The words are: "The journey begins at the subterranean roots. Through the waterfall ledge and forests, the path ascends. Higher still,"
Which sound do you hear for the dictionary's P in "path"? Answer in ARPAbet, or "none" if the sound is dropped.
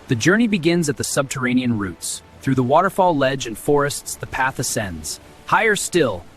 P